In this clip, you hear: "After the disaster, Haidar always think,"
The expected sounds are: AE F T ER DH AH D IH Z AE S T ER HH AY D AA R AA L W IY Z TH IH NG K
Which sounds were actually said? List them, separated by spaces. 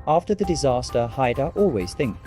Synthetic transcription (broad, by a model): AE F T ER DH AH D IH Z AE S T ER HH AY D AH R AA L W IY Z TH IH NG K